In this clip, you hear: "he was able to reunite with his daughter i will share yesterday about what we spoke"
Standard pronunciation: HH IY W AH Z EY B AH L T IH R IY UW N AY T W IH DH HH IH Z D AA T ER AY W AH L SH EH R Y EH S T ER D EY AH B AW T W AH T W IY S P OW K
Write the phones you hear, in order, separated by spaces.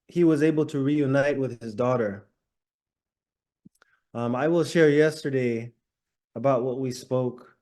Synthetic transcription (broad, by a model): HH IY W AH Z EY B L T IH R IY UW N AY T W IH DH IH Z D AA T ER AY W AH L SH EH R Y EH S T ER D EY AH B AW T W AH T W IY S P OW K